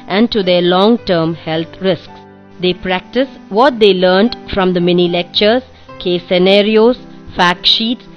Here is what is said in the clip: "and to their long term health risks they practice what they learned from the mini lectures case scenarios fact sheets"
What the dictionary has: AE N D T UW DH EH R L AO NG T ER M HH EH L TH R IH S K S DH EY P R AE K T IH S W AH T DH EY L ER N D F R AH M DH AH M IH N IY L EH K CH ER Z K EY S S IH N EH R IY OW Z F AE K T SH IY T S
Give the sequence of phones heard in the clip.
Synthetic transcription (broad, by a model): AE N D T UW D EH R L AO NG T ER M HH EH L T R IH S K S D EY P R AE K T IH S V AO T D EY L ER N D F R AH M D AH M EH N IY L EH K CH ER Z K EY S S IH N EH R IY OW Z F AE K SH IY T S